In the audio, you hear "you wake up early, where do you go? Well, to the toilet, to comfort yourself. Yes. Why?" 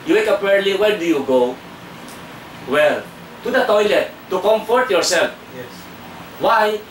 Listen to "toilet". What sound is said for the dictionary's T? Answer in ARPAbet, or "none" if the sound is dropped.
T